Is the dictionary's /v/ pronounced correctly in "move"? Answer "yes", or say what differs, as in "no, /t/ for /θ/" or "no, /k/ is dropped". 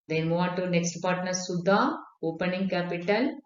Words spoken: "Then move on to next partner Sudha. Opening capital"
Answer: no, /v/ is dropped